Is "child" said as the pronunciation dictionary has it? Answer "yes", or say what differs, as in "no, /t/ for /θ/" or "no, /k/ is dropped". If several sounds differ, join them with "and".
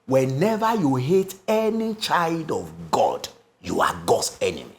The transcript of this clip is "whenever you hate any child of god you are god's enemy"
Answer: yes